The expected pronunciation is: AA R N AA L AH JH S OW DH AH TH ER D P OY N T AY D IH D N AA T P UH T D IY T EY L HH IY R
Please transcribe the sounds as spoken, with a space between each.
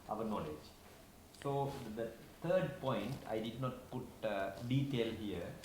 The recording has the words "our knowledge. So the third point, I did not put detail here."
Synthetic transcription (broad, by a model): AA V N AA L AH JH S OW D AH T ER D P OY N T AY D IH D N AA T P UH T D IY T EY L HH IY R